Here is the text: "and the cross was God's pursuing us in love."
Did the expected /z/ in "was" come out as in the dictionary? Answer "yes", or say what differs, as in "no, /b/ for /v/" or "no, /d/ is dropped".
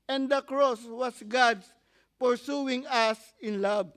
no, /s/ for /z/